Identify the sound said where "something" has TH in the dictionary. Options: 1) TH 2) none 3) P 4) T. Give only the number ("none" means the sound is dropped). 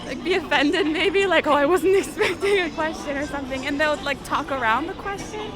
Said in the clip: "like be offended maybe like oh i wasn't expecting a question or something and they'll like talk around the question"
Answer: 1